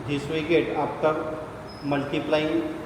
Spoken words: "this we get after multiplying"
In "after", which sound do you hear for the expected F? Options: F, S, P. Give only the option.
P